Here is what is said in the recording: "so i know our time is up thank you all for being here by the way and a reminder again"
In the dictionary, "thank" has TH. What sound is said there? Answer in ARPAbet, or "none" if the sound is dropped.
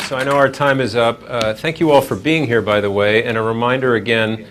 TH